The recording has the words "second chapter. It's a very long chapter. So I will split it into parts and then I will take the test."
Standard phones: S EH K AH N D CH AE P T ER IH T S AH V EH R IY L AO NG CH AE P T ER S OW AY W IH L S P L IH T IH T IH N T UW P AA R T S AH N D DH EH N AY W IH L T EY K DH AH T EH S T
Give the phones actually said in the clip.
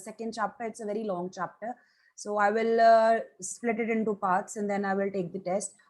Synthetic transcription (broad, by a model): S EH K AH N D CH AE P T ER IH T S AH V EH R IY L AO NG CH AE P T ER S OW AY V IH L S P L IH T IH T IH N T UW P AA R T S AH N D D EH N AY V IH L T EY K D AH T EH S T